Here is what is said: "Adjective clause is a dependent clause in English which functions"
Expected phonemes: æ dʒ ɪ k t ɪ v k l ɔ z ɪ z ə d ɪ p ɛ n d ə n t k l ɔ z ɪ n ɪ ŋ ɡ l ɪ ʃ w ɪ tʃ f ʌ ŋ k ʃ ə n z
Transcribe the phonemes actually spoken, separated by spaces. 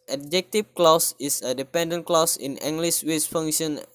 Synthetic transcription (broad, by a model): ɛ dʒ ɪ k t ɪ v k l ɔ s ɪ s ə d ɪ p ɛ n d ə n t k l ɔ s ɪ n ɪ ŋ ɡ l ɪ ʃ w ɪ s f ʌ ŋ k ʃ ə n